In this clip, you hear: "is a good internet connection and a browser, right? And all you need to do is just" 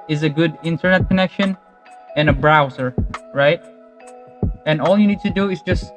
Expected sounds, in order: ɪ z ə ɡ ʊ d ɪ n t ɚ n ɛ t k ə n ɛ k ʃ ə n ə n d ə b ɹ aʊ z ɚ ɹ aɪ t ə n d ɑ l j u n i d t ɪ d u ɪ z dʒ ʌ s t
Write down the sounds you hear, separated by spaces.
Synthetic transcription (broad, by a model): ɪ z ə ɡ ʊ d ɪ n t ɚ n ɛ t k ə n ɛ k ʃ ə n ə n ə b ɹ aʊ z ɚ ɹ aɪ t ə n ɑ l j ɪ n i d t ɪ d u ɪ z dʒ ʌ s t